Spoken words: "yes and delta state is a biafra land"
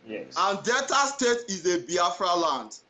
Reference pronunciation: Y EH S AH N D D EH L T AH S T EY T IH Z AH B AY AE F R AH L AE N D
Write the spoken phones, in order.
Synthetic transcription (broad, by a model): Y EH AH N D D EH T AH S T EY T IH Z AH B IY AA F R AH L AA N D